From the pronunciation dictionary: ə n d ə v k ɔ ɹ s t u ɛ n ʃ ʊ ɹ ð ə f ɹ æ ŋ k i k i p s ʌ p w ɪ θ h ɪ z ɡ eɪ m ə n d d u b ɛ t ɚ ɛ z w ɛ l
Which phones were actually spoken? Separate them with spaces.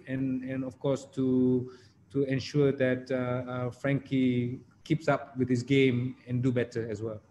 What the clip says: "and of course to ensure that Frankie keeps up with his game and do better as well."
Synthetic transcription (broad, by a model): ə n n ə f k ɔ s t t u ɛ n ʃ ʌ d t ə f ɹ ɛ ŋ k i k i p s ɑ p w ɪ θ h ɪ s ɡ eɪ m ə n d d u b ɛ t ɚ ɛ s w ɛ l